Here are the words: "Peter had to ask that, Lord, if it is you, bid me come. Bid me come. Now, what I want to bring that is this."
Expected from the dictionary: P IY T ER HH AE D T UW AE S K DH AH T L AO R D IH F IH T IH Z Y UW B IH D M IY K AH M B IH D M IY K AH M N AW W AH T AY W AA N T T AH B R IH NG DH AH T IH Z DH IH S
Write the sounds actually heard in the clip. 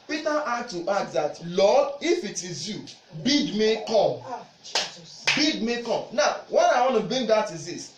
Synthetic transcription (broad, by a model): P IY T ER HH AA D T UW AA K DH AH T L AO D IH F IH T IH Z Y UW B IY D M IY K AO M B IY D M IY K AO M N AW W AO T AY W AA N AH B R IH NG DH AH T IH Z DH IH S